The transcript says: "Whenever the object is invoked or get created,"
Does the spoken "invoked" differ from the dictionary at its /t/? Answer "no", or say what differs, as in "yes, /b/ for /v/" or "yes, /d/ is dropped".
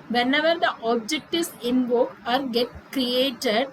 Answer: yes, /t/ is dropped